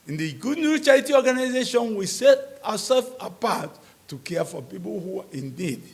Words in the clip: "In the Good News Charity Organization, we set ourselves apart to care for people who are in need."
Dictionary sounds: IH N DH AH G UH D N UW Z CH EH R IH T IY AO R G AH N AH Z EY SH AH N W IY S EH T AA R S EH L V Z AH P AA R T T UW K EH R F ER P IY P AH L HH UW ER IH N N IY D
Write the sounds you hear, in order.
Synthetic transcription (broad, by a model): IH N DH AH G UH D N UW CH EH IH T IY AO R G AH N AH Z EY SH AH N W IY S EH T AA S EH L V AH P AA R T T UW K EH F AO P IY P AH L HH UW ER IH N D IY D